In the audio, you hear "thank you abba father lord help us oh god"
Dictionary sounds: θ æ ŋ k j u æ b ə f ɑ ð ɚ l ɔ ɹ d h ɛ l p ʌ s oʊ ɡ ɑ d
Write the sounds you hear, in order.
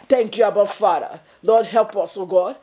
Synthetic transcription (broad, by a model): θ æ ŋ k j u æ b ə f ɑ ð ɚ l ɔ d h ɛ l p ʌ s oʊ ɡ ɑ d